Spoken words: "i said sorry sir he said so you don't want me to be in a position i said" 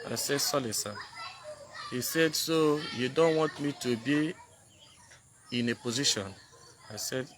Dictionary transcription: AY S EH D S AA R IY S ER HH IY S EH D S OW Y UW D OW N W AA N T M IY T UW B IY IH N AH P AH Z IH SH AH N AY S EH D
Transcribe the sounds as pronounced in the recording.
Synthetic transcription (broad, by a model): AY S EH D S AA L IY S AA HH IY S EH D S OW Y UW D OW N W AA N T M IY T UW B IY IH N AH P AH Z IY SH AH N AY S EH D